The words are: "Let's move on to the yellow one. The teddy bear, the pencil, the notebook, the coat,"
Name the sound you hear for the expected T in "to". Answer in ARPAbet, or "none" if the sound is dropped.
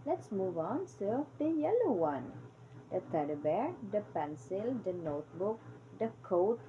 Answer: S